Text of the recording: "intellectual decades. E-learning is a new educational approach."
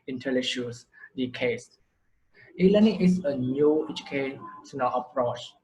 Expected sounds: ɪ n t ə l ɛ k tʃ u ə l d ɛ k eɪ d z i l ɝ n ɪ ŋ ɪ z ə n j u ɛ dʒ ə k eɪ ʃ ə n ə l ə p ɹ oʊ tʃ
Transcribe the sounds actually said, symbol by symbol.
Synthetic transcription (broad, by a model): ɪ n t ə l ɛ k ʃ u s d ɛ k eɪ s i l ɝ n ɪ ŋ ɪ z ə n j u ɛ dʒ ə k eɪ s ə n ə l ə p ɹ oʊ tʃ